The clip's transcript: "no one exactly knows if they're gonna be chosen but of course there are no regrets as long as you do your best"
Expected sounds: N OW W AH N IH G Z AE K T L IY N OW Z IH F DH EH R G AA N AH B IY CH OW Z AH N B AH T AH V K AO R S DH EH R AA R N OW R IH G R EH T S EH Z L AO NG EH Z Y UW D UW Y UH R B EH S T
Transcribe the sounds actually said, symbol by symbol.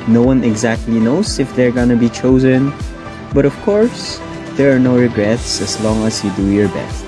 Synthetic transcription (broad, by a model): N OW W AH N IH G Z AE K T L IY N OW Z IH F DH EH R G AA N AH B IY CH OW Z AH N B AH T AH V K AO R S DH EH R AA R N OW R IH G R EH T S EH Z L AO NG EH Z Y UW D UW Y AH R B EH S T